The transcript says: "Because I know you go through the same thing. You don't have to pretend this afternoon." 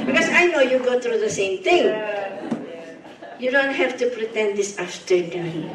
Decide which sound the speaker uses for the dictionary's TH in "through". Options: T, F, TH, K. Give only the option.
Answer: T